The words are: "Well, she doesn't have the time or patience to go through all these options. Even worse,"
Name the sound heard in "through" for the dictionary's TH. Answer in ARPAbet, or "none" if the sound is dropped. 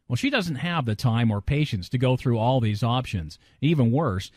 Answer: TH